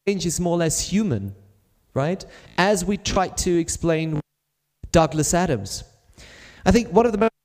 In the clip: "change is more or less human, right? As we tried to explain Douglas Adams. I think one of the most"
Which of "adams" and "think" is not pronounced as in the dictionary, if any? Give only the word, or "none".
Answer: none